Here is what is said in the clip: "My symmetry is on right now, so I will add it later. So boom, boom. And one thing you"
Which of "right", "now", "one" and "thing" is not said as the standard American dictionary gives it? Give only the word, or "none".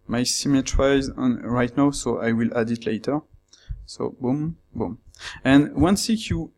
thing